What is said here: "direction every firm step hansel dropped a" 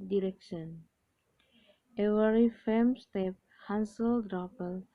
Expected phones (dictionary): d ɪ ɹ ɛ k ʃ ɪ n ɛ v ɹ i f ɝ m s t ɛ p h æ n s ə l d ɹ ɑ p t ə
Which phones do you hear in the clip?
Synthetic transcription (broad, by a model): d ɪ ɹ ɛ k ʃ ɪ n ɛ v ɹ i f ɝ m s t ɛ p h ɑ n s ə l d ɹ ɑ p ə